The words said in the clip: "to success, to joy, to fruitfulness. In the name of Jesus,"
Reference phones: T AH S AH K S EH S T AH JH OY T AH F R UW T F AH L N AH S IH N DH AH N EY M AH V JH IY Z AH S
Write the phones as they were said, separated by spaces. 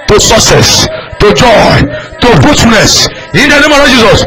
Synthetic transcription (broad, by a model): T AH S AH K S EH S T AH JH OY T AH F UW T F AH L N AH S IH N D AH N EY M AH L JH IY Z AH S